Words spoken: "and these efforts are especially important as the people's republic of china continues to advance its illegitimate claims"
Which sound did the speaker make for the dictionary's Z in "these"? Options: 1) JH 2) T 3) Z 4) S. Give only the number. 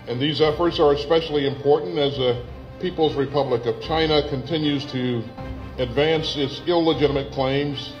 3